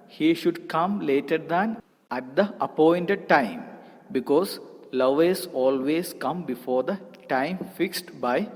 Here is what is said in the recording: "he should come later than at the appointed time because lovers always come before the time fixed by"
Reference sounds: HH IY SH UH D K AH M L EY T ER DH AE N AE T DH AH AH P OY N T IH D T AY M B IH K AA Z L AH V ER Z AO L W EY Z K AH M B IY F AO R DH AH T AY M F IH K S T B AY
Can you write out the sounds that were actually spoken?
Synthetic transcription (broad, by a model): HH IY SH UH D K AH M L EY T ER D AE N AE T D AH AH P OY N T IH D T AY M B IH K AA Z L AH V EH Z AO L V EY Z K AH M B IY F AO R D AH T AY M F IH K S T B AY